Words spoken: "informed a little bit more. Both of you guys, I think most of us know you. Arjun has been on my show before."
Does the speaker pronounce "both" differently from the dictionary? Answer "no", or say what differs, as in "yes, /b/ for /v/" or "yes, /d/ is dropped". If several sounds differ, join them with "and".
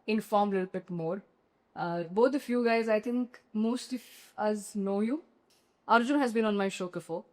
yes, /t/ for /θ/